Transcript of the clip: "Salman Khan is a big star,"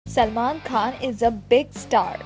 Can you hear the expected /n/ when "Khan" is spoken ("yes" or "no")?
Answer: yes